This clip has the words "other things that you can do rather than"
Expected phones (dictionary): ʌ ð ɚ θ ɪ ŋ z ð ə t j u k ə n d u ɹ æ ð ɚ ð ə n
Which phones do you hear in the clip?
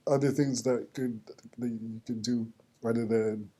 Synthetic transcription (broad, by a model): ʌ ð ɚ θ ɪ ŋ z ð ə t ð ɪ k ə n d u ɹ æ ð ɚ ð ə n